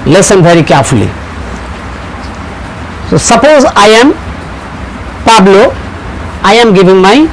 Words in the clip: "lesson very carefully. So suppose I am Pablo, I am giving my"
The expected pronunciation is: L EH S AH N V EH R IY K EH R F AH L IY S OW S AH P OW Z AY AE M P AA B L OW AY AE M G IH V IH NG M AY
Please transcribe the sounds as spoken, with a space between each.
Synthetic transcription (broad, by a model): L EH S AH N B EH R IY K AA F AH L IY S OW S AH P OW Z AY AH M P AA B L OW AY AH M G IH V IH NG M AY